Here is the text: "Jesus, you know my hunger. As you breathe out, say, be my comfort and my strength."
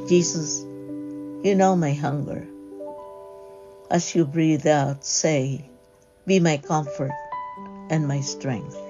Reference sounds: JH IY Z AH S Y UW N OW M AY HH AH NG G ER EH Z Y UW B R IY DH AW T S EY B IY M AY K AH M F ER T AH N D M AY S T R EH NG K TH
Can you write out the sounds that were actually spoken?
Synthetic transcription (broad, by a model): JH IY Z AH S Y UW N OW M AY HH AH NG G ER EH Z Y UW B R IY DH AW T S EY B IY M AY K AH M F ER T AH N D M AY S T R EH NG K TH